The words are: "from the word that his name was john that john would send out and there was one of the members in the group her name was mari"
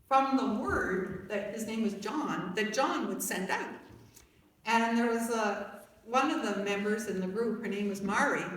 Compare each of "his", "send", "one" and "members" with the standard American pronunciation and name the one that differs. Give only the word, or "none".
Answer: none